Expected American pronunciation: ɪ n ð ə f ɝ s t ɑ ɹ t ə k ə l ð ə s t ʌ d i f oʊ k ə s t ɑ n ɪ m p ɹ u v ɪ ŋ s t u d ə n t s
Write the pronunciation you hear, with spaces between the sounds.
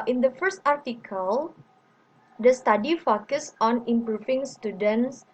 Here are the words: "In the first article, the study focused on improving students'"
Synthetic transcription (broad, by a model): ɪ n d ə f ɝ s t ɑ ɹ t ə k ə l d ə s t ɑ d i f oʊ k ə s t ɑ n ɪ m p ɹ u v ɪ ŋ s t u d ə n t s